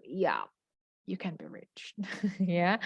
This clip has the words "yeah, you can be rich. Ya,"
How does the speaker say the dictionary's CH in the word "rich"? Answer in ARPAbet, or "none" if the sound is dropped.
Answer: CH